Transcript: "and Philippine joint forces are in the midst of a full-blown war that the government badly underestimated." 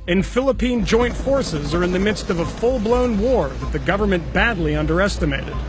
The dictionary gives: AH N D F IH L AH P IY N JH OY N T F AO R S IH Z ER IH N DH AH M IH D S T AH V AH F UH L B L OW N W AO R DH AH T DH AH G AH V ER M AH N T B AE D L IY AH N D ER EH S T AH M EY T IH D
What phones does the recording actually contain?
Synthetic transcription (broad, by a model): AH N F IH L AH P IY N JH OY N T F AO R S IH Z ER IH N DH AH M IH D S T AH V AH F UH L B L OW N W AO R DH AH T DH AH G AH V ER M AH N B AE D L IY AH N D ER EH S T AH M EY T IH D